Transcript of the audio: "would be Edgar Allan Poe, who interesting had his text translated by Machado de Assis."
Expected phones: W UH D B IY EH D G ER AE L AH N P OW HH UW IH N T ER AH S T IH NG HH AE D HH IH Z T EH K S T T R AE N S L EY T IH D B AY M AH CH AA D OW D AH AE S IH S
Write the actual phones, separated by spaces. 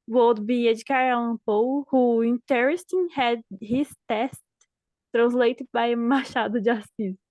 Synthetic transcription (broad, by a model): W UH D B IY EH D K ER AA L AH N P OW HH UW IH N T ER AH S T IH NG HH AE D HH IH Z T EH S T T R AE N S L EY T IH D B AY M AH SH AA D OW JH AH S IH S